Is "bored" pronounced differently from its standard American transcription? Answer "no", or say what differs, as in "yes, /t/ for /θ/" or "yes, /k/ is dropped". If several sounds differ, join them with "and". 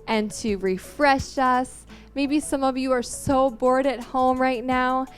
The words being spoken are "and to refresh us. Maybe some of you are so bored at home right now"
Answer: no